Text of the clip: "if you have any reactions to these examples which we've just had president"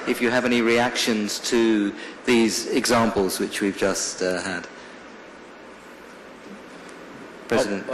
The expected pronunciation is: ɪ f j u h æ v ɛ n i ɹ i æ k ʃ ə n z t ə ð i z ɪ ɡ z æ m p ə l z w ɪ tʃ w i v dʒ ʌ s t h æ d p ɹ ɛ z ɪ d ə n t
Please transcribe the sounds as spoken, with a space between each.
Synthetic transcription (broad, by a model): ɪ f j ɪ v ɛ n i ɹ i æ k ʃ ə n z t ə ð i z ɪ ɡ z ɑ m p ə l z w ɪ tʃ w i v dʒ ʌ s t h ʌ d p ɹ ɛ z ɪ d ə n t